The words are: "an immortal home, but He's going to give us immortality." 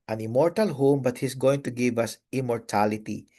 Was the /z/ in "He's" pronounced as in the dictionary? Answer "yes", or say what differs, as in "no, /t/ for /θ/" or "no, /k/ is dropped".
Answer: no, /s/ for /z/